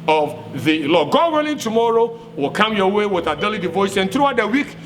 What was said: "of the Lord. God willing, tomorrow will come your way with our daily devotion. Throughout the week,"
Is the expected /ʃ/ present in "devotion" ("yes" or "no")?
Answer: no